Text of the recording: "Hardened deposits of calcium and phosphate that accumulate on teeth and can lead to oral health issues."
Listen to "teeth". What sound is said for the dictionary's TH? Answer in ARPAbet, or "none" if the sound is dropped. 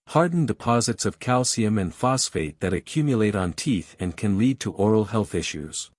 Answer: TH